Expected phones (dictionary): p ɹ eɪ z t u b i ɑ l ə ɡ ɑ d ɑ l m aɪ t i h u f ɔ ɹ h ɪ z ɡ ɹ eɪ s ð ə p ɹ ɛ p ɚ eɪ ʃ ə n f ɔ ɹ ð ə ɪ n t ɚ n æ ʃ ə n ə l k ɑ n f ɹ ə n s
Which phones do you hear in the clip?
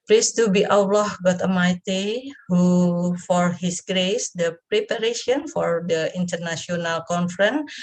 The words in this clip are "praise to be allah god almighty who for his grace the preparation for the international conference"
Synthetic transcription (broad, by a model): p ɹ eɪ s t u b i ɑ l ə ɡ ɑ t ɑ m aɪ t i h u f ɔ ɹ h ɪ s ɡ ɹ eɪ s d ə p ɹ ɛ p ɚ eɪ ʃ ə n f ɔ ɹ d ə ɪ n t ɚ n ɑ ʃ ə n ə l k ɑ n f ɹ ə n